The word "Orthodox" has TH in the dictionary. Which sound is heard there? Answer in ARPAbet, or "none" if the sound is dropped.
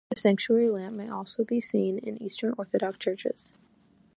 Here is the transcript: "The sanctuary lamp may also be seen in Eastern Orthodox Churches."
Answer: TH